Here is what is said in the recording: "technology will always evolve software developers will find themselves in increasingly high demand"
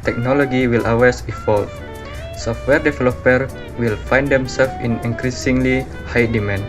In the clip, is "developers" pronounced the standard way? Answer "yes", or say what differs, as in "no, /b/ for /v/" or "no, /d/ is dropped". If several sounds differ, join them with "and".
no, /z/ is dropped